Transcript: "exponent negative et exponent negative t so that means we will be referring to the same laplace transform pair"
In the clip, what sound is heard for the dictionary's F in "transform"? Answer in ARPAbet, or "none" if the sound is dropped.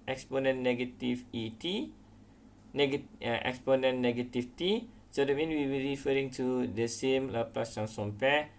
none